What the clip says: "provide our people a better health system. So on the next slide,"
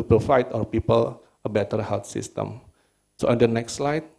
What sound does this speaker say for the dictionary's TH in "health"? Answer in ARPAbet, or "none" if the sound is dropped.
T